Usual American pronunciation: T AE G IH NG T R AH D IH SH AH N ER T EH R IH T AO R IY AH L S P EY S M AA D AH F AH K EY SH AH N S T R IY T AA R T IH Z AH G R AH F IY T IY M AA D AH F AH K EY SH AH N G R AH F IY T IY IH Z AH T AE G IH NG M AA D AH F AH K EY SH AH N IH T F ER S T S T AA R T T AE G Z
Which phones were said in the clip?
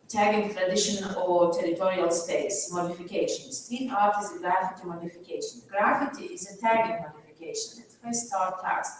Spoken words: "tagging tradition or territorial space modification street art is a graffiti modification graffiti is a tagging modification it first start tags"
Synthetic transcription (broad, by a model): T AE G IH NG T R AH D IH SH AH N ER T EH R IH T AO R IY AH L S P EY S M AA D AH F AH K EY SH AH N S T IY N AA R T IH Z AH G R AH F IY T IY M AA D AH F AH K EY SH AH N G R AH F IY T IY IH Z AH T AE G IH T M AA D AH F AH K EY SH AH N IH T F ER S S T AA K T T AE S